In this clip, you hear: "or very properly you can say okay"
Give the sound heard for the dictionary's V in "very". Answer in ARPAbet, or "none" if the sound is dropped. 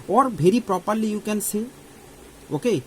B